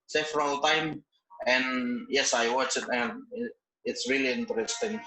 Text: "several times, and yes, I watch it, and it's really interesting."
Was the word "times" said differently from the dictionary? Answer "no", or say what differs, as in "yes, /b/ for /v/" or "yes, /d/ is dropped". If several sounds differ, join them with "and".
yes, /z/ is dropped